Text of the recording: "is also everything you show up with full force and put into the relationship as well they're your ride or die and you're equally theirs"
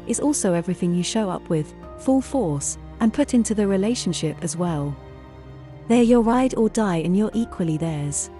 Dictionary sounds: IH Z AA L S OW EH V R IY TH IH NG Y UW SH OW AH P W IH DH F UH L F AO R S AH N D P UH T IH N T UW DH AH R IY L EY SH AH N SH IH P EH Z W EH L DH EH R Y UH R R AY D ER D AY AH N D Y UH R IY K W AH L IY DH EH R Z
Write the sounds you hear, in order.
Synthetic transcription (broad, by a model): IH Z AA L S OW EH V R IY TH IH NG Y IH SH OW AH P W IH DH F UH L F AO R S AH N P UH T IH N T UW DH AH R IY L EY SH AH N SH IH P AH Z W EH L DH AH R Y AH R R AY D ER D AY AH N Y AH R IY K W AH L IY DH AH R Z